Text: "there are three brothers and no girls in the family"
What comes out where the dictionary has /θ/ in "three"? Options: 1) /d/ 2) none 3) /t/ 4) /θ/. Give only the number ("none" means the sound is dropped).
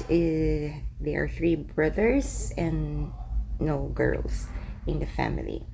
4